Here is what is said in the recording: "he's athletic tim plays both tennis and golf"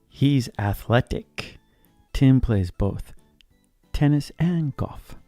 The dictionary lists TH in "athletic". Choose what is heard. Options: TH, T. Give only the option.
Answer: TH